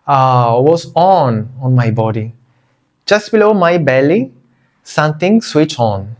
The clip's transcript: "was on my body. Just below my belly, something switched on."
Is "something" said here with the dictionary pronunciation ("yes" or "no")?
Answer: no